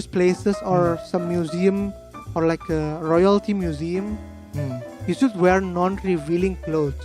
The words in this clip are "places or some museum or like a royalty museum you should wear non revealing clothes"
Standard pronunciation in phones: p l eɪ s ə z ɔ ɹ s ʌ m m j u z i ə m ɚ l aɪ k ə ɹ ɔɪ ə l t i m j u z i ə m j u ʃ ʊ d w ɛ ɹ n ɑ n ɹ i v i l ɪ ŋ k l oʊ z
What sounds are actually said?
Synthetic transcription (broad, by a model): p l eɪ s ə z ɔ ɹ s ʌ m m j u z i ə m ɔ l aɪ k ə ɹ ɔɪ ə l t i m j u z i ə m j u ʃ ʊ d w ɛ ɹ n ɑ n ɹ i v i l ɪ ŋ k l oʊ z